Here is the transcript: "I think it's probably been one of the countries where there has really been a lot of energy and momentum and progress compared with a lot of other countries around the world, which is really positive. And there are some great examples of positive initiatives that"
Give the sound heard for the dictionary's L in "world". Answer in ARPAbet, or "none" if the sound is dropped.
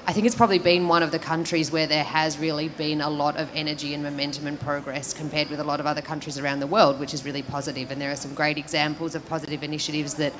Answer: L